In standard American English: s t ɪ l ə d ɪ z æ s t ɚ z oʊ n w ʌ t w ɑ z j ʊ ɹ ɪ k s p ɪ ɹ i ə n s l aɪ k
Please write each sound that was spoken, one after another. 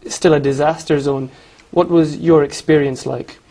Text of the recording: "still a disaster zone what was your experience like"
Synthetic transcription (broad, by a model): s t ɪ l ə d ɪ z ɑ s t ɚ z oʊ n w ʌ t w ɑ z j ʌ ɹ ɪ k s p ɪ ɹ i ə n s l aɪ k